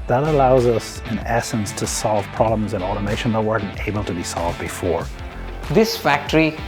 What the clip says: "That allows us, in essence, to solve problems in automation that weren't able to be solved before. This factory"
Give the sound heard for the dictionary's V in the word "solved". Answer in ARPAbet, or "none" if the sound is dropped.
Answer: V